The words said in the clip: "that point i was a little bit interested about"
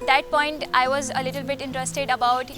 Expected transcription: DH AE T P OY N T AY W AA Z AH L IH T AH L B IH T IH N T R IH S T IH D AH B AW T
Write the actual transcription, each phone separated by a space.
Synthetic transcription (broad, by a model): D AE T P OY N T AY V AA Z AH L IH T AH L B IH T IH N T R IH S T IH D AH B AW T